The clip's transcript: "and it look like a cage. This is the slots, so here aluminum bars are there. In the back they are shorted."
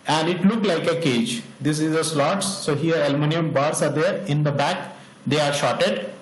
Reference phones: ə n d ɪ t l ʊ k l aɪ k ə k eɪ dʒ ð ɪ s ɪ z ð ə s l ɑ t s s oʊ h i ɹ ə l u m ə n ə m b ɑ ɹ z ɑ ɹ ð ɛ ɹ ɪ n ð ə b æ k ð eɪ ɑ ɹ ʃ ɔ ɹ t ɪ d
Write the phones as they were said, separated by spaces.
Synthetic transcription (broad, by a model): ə n d ɪ t l ʊ k l aɪ k ə k eɪ dʒ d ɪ s ɪ z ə s l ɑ t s s oʊ h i ɹ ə l m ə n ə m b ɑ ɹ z ɑ ɹ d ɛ ɹ ɪ n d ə b æ k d eɪ ɑ ɹ ʃ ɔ t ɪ d